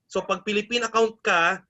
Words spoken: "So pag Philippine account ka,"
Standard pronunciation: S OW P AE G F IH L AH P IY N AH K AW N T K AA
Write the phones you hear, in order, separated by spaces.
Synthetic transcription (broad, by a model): S OW P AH G P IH L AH P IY N AH K AW N T K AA